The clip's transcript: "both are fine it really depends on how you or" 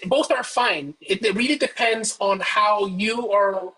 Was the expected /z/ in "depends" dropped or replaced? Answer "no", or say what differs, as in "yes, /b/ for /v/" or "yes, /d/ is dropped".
no